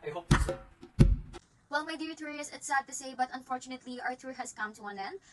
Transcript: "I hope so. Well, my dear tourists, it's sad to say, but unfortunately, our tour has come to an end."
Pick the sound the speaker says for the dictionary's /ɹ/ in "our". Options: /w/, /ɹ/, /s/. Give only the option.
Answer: /ɹ/